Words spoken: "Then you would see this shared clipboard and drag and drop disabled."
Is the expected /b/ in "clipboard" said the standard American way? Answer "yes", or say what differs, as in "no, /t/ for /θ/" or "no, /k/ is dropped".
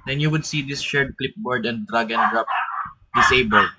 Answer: yes